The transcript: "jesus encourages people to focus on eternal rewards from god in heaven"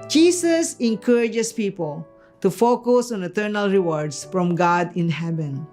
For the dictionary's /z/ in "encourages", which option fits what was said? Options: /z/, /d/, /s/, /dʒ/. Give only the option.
/s/